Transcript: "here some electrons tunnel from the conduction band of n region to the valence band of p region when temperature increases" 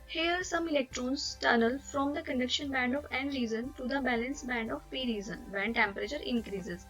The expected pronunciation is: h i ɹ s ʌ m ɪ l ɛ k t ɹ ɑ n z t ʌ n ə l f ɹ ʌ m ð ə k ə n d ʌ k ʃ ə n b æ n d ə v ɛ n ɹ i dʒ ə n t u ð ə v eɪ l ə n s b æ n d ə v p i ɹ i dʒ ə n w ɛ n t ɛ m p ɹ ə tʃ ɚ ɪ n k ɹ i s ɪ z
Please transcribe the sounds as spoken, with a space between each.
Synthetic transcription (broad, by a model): h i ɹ s ʌ m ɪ l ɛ k t ɹ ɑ n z t ʌ n ə l f ɹ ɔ m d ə k ə n d ʌ k ʃ ə n b æ n d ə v ɛ n ɹ i z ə n t u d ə b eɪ l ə n s b æ n d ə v p i ɹ i z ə n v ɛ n t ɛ m p ɹ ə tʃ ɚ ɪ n k ɹ i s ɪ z